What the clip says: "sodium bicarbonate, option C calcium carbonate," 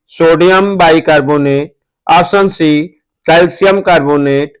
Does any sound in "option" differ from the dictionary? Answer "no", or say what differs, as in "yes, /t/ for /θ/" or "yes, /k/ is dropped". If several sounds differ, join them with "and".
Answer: yes, /s/ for /ʃ/